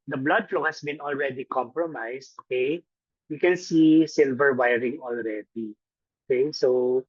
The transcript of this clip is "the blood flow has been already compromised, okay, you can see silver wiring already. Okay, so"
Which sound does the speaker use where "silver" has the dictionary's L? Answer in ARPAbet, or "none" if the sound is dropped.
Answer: L